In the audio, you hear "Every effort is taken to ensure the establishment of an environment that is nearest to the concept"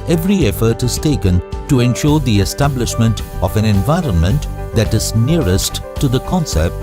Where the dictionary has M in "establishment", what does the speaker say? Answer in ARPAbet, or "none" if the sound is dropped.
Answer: M